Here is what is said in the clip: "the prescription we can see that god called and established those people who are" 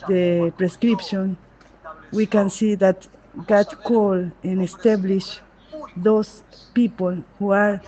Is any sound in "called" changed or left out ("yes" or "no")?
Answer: yes